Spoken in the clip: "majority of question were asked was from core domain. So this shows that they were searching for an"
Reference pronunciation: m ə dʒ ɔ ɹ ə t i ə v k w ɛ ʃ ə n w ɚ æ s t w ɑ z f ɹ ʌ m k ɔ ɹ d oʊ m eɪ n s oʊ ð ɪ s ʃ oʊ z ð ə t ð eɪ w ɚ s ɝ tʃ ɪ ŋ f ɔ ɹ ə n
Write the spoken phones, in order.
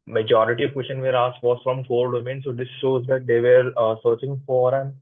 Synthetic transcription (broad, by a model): m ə dʒ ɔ ɹ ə t i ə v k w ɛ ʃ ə n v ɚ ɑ s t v ɑ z f ɹ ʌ m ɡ ɔ l d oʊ m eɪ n s oʊ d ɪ s ʃ oʊ z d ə t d eɪ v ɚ s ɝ tʃ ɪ ŋ f ɔ ɹ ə n